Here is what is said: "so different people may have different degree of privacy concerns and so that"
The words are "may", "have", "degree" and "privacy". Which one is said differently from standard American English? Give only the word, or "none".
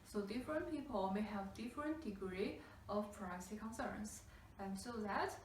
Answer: privacy